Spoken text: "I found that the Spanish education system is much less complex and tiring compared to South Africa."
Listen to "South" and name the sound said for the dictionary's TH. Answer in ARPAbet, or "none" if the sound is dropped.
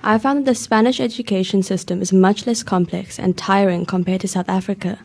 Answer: TH